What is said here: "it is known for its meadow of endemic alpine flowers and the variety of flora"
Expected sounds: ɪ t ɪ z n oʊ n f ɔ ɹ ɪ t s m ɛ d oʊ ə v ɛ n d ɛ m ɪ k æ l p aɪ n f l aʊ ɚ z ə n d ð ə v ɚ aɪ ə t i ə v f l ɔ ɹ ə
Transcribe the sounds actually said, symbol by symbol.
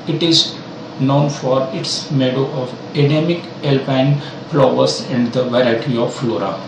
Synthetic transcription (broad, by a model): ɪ t ɪ z n oʊ n f ɔ ɹ ɪ t s m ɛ d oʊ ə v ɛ d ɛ m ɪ k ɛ l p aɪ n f l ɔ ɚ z ə n d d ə v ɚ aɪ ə t i ə v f l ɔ ɹ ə